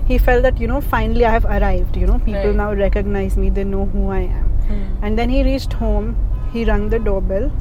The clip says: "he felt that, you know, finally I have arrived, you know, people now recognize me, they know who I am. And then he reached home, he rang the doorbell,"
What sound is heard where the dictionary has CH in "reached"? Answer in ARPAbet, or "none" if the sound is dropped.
CH